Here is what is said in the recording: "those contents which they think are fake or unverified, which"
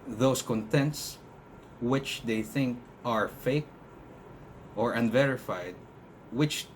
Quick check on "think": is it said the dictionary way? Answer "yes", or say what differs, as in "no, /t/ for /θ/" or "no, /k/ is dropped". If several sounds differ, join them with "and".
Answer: yes